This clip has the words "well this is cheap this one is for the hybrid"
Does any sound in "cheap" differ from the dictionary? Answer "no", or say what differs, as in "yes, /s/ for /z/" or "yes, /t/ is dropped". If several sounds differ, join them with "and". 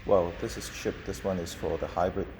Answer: yes, /ʃ/ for /tʃ/